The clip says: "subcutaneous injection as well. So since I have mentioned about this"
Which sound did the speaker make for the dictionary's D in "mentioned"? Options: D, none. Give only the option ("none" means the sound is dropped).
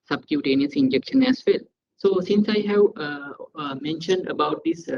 D